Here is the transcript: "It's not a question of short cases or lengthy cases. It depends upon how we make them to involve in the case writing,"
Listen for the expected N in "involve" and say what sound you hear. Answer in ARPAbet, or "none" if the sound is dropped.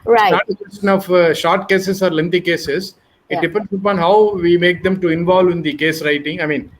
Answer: N